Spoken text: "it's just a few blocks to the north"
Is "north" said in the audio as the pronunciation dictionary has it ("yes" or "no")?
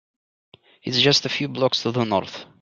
yes